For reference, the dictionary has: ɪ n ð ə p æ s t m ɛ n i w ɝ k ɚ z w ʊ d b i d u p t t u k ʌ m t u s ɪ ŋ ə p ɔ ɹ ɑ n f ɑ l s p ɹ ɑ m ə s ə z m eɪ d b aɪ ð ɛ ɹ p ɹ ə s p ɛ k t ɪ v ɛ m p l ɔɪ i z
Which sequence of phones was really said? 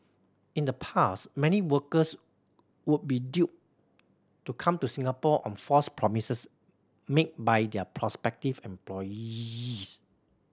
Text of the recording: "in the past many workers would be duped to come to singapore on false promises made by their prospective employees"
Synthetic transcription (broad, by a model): ɪ n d ə p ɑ s t m ɛ n i w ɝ k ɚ s w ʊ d b i d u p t t u k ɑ m t u s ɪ ŋ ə p ɔ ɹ ɑ n f ɑ s p ɹ ɑ m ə s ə s m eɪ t b aɪ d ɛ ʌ p ɹ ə s p ɛ k t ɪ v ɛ m p l ɔɪ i s